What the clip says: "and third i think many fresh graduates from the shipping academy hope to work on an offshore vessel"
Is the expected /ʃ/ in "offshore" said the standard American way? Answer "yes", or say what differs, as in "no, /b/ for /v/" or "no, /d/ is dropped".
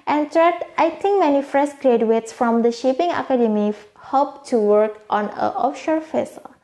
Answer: yes